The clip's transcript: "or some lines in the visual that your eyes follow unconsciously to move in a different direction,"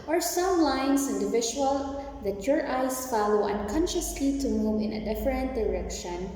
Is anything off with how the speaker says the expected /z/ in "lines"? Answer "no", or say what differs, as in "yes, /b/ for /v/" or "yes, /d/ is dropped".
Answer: yes, /s/ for /z/